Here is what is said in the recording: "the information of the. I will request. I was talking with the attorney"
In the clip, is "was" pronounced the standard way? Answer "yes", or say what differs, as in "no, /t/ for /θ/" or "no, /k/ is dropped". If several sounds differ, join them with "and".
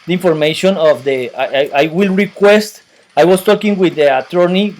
no, /s/ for /z/